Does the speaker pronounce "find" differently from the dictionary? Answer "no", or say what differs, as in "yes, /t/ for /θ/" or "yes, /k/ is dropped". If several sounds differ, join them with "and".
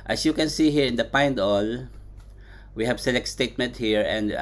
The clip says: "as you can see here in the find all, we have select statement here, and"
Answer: yes, /p/ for /f/